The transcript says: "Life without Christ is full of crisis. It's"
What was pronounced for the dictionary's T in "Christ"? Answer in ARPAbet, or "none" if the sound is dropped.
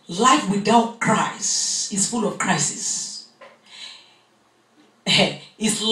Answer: none